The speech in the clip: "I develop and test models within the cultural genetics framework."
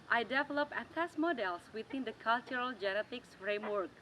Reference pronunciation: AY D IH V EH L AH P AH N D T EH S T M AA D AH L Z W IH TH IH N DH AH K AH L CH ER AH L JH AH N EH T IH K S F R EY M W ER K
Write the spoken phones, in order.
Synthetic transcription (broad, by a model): AY D IH V EH L AH P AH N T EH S M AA D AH L S W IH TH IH N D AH K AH L CH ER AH L JH AH N EH T IH K S F R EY M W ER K